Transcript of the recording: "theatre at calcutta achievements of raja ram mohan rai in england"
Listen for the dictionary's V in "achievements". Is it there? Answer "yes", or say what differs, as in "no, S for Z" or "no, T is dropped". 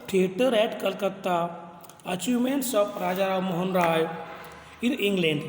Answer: no, V is dropped